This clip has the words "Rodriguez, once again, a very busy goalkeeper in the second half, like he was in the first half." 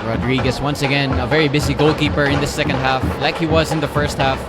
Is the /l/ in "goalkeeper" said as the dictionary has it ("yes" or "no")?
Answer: yes